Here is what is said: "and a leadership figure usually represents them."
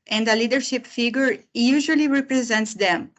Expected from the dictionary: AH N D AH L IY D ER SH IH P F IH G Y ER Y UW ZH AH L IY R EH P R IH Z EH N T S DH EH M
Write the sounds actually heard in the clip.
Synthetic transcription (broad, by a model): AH N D AH L IY D ER SH IH P F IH G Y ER Y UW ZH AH L IY R EH P R IH Z EH N T S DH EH M